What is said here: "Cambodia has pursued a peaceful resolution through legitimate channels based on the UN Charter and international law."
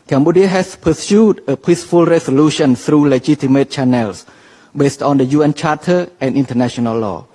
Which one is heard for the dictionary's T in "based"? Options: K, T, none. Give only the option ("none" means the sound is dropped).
T